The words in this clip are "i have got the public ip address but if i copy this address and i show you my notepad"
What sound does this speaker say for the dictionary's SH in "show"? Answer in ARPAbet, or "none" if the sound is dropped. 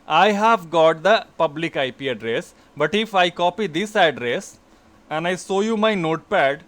S